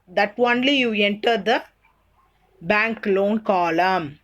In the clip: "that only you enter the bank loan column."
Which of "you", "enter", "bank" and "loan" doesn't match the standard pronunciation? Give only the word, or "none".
none